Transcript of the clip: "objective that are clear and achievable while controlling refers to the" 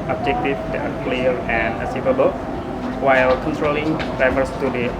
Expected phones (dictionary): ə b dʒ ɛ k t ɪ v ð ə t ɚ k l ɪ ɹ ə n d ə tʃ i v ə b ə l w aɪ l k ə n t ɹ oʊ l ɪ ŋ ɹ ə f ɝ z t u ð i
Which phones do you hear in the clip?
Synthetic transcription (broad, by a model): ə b dʒ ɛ k t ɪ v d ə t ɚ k l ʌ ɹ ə n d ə s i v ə b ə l w aɪ l k ə n t ɹ oʊ l ɪ ŋ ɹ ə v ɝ s t u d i